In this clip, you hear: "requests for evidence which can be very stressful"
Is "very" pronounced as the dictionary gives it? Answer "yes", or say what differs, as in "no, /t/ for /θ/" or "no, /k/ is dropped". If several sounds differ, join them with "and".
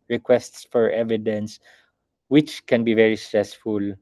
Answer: yes